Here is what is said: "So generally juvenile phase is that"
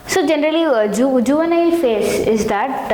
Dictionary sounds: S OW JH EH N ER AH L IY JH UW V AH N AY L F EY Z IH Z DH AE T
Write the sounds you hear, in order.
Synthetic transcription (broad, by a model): S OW JH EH N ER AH L IY JH UW V AH N AY L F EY S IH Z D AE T